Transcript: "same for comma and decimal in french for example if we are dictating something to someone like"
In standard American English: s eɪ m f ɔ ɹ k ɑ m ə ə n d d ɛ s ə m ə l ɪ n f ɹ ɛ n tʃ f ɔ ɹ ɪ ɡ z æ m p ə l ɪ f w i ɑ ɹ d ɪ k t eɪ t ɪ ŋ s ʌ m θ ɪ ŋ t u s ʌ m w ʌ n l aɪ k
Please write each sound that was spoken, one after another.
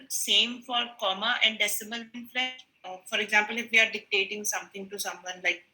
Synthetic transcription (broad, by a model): s eɪ m f ɔ ɹ k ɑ m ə ə n d d ɛ s ə m ə l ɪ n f l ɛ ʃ f ɔ ɹ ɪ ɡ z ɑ m p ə l ɪ f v i ɑ ɹ d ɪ k t eɪ t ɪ ŋ s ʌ m t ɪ ŋ t u s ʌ m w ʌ n l aɪ k